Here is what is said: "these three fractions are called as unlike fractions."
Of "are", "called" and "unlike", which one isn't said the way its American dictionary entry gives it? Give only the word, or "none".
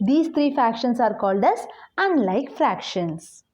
none